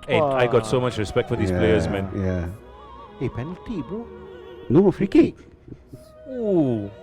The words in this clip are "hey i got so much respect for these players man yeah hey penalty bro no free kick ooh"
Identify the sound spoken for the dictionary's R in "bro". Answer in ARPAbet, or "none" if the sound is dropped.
none